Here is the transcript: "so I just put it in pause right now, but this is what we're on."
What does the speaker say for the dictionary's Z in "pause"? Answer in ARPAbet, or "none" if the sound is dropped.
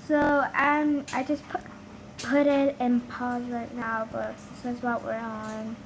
Z